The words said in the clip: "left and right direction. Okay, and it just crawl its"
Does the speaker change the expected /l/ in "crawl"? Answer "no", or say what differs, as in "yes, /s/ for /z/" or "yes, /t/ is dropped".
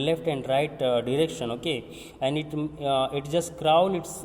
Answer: yes, /n/ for /l/